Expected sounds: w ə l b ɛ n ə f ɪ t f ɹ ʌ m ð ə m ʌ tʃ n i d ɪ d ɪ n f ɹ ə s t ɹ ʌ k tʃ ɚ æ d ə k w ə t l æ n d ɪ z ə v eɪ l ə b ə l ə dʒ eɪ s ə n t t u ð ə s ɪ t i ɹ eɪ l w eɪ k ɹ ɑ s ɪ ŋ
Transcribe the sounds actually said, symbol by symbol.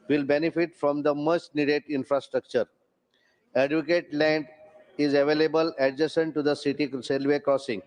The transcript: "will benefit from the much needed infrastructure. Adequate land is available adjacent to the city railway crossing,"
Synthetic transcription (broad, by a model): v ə l b ɛ n ə f ɪ t f ɹ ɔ m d ə m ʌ s n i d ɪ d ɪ n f ɹ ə s t ɹ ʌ k tʃ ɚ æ d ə k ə t l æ n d ɪ z ə v eɪ l ə b ə l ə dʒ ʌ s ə n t t u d ə s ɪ t i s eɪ l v eɪ k ɹ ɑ s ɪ ŋ